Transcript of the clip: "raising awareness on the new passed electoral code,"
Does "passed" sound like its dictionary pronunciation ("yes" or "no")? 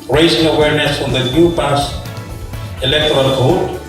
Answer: no